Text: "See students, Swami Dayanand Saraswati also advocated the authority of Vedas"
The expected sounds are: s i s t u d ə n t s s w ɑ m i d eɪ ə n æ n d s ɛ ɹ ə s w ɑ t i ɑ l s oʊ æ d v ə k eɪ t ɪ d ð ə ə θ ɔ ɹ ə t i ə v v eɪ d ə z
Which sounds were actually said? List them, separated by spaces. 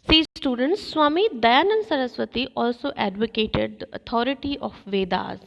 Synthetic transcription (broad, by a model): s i s t u d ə n t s s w ɑ m i d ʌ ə n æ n s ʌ ɹ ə s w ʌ t i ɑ l s oʊ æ d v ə k eɪ t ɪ d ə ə t ɔ ɹ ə t i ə f v eɪ d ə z